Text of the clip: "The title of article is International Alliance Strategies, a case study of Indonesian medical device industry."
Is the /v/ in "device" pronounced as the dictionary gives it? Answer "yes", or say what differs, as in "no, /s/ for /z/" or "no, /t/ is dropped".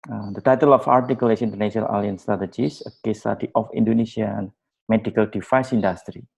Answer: no, /f/ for /v/